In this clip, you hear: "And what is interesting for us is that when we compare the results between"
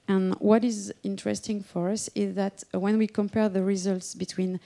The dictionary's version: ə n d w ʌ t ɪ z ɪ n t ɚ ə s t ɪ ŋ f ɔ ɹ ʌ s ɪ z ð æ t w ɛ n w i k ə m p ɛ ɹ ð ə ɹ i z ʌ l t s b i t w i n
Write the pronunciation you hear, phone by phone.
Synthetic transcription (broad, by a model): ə n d w ʌ t ɪ z ɪ n t ɚ ə s t ɪ ŋ f ɔ ɹ ʌ s ɪ z ð æ t w ɛ n w i k ə m p ɛ ɹ ð ə ɹ i z ʌ l t s b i t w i n